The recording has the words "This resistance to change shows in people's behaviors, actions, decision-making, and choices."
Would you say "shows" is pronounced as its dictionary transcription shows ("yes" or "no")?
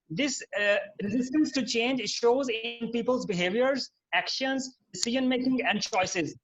yes